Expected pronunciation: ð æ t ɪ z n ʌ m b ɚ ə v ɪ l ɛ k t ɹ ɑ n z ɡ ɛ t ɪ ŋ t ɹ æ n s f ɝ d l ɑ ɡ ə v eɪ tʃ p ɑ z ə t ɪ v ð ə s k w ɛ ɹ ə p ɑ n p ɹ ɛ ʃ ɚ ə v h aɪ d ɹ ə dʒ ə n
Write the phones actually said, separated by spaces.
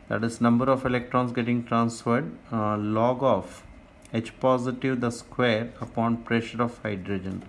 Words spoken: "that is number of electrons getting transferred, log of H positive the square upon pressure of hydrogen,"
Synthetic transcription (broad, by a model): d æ t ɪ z n ʌ m b ɚ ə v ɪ l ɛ k t ɹ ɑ n s ɡ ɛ t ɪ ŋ t ɹ æ n s f ɝ d l ɑ ɡ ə f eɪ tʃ p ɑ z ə t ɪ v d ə s k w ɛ ɹ ə p ɑ n p ɹ ɛ ʃ ɚ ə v h aɪ d ɹ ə dʒ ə n